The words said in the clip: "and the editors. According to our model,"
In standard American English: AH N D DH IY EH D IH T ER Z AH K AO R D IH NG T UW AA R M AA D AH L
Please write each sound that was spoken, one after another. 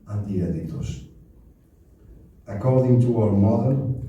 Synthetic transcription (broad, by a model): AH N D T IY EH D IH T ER S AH K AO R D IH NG T UW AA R M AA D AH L